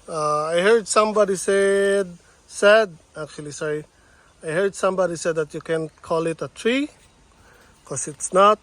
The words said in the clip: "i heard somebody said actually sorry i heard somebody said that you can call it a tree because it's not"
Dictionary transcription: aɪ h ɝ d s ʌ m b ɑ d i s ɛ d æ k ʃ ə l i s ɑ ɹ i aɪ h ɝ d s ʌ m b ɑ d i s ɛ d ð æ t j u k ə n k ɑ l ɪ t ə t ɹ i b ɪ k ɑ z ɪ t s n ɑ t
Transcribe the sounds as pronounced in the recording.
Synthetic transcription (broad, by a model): aɪ h ɝ d s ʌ m b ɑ d i s ɛ d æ k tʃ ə l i s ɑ i aɪ h ɝ d s ʌ m b ɑ d i s ɛ d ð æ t j u k ə n k ɑ l ɪ t ə t ɹ i k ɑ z ɪ t s n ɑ t